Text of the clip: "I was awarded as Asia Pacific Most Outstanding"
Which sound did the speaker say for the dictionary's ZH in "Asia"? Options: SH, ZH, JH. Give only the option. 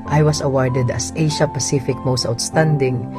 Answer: SH